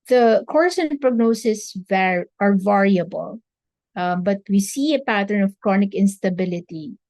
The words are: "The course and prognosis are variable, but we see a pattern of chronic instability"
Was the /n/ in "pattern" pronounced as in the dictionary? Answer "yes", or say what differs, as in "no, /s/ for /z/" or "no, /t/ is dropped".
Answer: yes